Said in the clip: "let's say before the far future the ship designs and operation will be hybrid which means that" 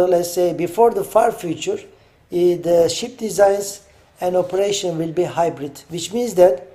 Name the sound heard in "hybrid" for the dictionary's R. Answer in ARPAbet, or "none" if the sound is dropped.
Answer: R